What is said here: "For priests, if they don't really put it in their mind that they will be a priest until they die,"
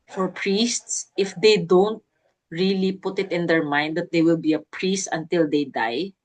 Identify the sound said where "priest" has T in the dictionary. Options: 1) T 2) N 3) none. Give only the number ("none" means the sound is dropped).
1